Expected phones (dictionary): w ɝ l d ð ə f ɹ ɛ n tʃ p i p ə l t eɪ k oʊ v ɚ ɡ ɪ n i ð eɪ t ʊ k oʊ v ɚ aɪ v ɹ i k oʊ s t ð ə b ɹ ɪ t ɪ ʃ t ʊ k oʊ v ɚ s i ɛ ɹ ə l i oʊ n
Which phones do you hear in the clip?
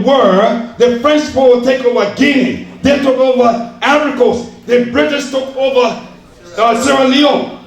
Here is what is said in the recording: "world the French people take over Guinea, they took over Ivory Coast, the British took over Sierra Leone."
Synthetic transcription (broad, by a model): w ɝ ð ə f ɹ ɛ n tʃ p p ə w t eɪ k oʊ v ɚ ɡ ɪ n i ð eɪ t ʊ k oʊ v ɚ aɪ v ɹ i k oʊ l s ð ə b ɹ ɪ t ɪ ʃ t ʊ k oʊ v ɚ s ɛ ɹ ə l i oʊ